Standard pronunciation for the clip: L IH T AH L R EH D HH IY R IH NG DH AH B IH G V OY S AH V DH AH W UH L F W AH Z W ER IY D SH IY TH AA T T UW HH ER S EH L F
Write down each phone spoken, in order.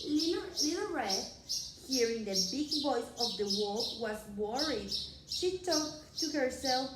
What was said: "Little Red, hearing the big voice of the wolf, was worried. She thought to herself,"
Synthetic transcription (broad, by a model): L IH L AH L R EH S HH IY R IH NG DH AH B IH G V OY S AH V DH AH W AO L W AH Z W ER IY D SH IY T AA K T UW HH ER S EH L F